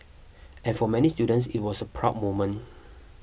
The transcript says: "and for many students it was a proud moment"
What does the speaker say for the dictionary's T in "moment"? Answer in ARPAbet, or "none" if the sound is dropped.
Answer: none